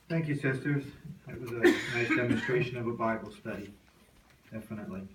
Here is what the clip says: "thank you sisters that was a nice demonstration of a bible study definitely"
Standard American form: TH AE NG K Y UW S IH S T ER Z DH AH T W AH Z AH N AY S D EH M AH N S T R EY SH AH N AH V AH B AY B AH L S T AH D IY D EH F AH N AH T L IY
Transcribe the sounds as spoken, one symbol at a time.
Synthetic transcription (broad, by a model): TH AE NG K Y UW S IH S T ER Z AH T W AH Z AH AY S D EH M AH N S T R EY SH AH N AH V AH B AY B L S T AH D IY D EH F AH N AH T L IY